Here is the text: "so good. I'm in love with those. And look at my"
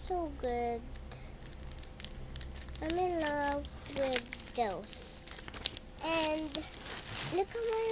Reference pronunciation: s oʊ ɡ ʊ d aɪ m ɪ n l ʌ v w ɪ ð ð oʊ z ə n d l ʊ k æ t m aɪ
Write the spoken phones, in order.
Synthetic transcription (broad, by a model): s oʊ ɡ ʊ d aɪ m ɪ n l ʌ v w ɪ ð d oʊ s ə n d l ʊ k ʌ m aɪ